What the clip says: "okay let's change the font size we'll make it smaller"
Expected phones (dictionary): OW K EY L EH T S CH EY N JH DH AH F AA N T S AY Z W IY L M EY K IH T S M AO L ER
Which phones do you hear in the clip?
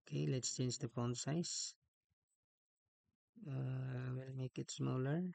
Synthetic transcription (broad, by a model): K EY L EH T S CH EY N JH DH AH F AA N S AY S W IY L M EY K IH T S M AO L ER